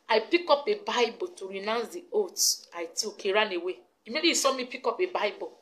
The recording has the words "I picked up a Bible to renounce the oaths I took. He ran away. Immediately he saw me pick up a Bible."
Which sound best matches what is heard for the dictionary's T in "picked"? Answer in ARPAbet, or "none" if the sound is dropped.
none